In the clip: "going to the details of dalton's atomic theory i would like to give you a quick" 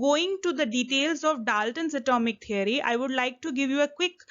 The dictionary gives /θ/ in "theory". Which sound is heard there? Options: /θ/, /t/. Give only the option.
/t/